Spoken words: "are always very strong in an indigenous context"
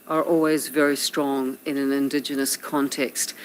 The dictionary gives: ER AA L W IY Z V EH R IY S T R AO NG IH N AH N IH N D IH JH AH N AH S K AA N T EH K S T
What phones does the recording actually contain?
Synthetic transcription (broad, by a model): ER AA L W IY Z V EH R IY S T R AO NG IH N AH N IH N D IH JH AH N AH S K AA N T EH K S T